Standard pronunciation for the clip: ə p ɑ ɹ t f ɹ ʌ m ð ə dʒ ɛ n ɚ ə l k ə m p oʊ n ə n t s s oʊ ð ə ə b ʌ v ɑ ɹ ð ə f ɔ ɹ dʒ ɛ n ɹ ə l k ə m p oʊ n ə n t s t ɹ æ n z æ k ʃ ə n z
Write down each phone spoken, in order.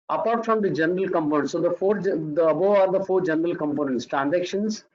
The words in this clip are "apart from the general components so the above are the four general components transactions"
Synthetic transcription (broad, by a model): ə p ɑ ɹ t f ɹ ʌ m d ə dʒ ɛ n ɚ ə l k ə m p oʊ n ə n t s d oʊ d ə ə b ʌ ɑ ɹ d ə f ɔ ɹ dʒ ɛ n ɹ ə l k ə m p oʊ n ə n t s t ɹ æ n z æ k ʃ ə n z